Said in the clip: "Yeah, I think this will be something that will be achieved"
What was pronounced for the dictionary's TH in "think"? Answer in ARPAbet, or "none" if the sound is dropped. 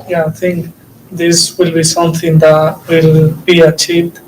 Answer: T